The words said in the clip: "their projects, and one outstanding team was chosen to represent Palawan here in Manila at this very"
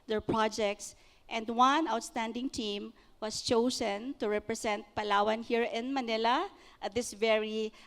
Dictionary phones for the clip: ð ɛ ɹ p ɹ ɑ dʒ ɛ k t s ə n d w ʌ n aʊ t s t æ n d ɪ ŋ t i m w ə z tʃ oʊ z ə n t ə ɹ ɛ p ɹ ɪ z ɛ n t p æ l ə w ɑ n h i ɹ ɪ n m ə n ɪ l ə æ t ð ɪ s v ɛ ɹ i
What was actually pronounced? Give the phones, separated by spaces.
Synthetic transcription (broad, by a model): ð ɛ ɹ p ɹ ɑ dʒ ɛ k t s ə n d w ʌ n aʊ t s t æ n d ɪ ŋ t i m w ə s tʃ oʊ s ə n t ə ɹ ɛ p ɹ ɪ s ɛ n t p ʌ l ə w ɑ n h i ɹ ɪ n m ə n ɪ l ə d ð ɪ s v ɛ ɹ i